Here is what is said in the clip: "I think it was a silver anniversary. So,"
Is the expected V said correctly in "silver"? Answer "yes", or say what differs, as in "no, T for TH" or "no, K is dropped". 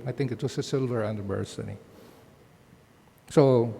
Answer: yes